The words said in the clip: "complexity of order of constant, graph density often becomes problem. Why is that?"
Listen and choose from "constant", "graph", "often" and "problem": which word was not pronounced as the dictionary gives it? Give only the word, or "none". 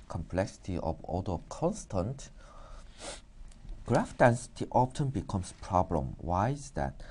often